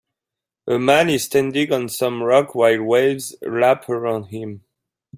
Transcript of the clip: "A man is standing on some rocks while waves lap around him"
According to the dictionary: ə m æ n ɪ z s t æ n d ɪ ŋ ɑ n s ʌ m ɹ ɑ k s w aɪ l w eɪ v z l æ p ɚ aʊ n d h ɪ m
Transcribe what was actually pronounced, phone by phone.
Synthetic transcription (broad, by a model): ə m æ n ɪ z s t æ n d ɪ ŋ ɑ n s ʌ m ɹ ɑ k w aɪ l w eɪ v z l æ p ɚ aʊ n d h ɪ m